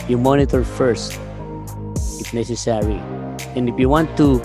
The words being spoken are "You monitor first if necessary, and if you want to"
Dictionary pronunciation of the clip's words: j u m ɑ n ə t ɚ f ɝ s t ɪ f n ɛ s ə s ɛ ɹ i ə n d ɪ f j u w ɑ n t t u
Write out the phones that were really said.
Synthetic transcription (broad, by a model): j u m ɑ n ə t ɚ f ɝ s t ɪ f n ɛ s ə s ɛ ɹ i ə n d ɪ f j u w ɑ n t t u